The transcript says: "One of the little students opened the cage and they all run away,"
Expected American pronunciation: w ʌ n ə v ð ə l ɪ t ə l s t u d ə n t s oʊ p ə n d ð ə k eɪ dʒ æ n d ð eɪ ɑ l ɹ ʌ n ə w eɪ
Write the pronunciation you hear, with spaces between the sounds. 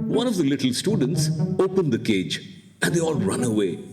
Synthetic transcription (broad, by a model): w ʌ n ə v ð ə l ɪ t l s t u d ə n t s oʊ p ə n d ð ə k eɪ dʒ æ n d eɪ ɑ l ɹ ʌ n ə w eɪ